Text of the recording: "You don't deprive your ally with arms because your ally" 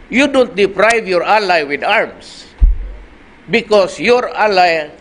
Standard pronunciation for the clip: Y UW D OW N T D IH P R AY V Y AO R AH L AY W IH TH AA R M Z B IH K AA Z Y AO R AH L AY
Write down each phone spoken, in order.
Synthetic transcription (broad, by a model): Y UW D OW N T D IH P R AY V Y AO R AH L AY W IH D AA R M S B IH K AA S Y AO R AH L AY